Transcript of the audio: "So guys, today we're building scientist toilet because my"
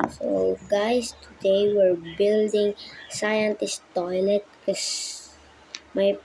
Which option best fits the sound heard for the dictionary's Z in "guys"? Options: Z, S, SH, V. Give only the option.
S